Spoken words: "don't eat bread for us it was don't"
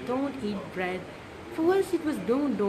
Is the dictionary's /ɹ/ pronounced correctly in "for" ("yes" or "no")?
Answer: no